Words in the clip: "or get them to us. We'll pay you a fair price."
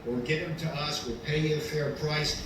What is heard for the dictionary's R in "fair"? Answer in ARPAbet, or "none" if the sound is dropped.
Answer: R